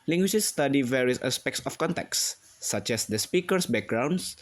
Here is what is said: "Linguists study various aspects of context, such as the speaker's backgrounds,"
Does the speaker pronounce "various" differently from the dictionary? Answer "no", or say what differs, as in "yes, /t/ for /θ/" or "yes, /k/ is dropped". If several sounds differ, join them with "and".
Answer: no